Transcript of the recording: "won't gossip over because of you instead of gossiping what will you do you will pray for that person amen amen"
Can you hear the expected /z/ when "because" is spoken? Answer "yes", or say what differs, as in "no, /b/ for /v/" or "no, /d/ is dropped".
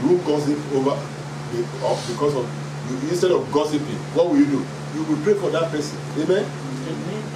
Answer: no, /s/ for /z/